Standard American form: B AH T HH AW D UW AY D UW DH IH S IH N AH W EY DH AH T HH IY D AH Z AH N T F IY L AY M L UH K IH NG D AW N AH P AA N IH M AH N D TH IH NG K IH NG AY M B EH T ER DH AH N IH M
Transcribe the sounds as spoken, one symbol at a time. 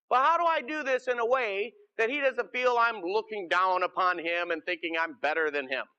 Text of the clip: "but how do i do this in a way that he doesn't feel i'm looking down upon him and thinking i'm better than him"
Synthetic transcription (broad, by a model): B AH T HH AW D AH AY D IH DH IH S IH N AH W EY DH AH T HH IY D AH Z AH N T F IY L AY M L UH K IH NG D AW N AH P AA N IH M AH N TH IH NG K IH NG AY M B EH T ER DH AH N IH M